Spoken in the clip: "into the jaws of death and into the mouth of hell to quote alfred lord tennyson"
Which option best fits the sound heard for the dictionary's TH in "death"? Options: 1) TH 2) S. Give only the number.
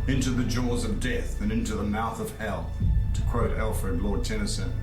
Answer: 1